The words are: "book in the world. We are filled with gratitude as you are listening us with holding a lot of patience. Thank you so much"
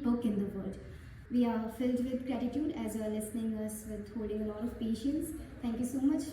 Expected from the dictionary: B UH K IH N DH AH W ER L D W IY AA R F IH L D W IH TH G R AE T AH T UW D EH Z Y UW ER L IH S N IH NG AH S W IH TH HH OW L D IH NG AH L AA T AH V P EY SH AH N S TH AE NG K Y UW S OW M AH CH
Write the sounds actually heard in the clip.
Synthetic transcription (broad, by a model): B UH K IH N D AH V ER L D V IY AA R F IH L D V IH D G R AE T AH T UW D EH Z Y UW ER L IH S N IH NG AH S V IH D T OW D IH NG AH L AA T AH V P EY SH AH N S T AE NG K Y UW S OW M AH CH